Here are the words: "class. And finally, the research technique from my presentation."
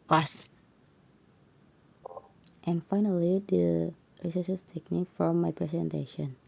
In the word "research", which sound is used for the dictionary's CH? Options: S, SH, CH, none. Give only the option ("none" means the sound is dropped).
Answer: S